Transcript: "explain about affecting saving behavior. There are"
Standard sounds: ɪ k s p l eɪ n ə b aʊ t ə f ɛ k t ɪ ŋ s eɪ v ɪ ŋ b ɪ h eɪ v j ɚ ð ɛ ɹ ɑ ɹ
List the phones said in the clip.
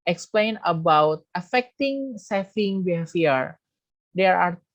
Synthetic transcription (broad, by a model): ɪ k s p l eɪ n ə b aʊ t ə f ɛ k t ɪ ŋ s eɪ f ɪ ŋ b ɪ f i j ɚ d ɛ ɹ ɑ ɹ